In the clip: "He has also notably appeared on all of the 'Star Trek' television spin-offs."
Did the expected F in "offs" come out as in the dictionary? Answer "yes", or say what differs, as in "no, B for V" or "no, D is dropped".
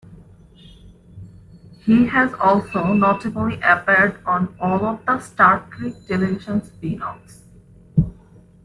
no, F is dropped